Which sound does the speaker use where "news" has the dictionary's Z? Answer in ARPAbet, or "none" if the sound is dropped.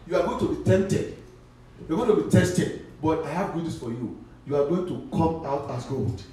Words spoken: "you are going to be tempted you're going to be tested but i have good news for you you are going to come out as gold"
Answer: S